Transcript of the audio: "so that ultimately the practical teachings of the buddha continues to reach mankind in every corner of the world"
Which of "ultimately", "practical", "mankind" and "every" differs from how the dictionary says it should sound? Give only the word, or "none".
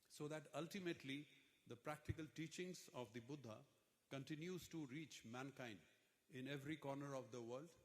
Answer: none